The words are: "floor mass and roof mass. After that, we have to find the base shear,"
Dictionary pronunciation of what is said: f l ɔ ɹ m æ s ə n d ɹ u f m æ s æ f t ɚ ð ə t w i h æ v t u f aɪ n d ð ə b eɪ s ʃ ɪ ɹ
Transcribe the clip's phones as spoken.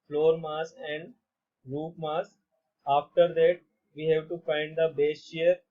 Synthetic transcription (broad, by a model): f l ɔ ɹ m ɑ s ə n d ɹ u p m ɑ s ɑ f t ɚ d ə t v i h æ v t u f aɪ n d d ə b eɪ s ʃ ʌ ɹ